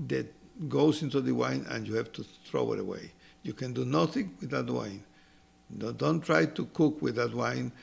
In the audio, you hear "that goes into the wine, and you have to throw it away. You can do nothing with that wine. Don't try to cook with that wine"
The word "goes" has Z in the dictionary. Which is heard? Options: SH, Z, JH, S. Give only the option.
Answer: S